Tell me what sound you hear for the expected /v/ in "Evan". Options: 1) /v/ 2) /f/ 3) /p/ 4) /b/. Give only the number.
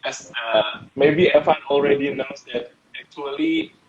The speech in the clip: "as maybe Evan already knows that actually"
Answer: 2